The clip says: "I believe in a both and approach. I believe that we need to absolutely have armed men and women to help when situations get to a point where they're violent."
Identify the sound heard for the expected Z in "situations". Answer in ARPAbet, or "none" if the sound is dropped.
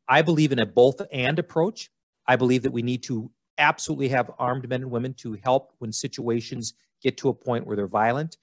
Z